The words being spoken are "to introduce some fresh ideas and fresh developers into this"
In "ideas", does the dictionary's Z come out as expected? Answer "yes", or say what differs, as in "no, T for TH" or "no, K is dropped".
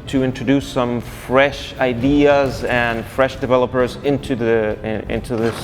yes